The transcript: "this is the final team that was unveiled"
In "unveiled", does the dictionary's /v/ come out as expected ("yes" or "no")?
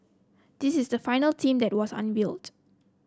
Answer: no